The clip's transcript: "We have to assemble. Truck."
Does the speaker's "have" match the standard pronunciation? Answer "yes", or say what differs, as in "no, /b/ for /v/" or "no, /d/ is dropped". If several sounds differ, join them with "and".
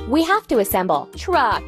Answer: no, /f/ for /v/